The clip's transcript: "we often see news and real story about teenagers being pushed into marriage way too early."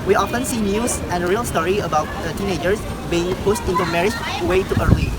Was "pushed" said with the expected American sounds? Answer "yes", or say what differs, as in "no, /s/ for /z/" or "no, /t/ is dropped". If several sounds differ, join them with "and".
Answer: no, /s/ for /ʃ/